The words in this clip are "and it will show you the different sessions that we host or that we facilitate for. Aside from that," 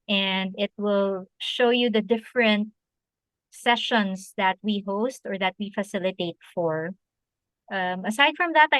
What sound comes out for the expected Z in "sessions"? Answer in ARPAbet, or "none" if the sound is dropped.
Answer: S